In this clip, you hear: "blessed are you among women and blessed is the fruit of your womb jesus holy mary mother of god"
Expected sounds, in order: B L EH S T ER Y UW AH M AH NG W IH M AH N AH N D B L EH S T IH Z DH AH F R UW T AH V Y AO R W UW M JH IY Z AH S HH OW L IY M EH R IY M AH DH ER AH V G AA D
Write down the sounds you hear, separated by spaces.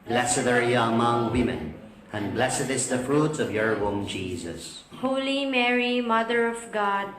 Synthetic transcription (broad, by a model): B L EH S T ER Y AH M AH NG W IH M AH N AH N B L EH S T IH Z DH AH F R UW T AH V Y AO R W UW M JH IY Z AH S HH OW L IY M EH R IY M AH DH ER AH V G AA D